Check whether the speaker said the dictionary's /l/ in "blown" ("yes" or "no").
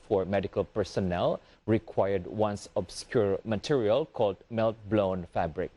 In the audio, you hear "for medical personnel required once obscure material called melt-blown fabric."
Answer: yes